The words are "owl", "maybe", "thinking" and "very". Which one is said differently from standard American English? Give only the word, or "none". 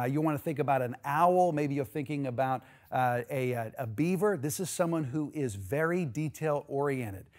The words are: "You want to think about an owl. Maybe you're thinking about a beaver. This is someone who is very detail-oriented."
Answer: none